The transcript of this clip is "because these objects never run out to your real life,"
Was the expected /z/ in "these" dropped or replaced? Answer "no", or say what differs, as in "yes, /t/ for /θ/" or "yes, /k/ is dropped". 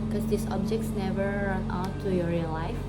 yes, /s/ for /z/